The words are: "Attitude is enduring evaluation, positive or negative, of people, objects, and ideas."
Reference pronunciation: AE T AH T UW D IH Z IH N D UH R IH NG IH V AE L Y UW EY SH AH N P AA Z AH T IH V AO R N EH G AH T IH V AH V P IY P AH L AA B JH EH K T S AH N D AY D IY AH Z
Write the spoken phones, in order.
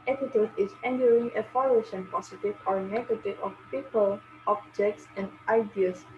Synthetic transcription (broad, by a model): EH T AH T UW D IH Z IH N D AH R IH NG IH F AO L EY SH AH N P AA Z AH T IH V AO R N EH G AH T IH V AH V P IY P AH L AA B JH EH K T S AH N D AY D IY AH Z